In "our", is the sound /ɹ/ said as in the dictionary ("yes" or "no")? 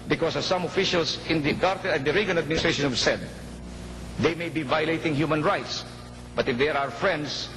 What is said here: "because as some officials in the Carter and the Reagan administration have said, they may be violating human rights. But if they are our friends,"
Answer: yes